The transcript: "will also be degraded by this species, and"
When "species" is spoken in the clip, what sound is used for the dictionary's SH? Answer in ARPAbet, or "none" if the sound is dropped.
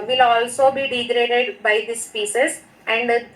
S